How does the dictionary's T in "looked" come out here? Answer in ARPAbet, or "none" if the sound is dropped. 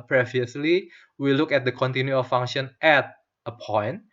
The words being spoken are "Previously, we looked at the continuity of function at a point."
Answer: none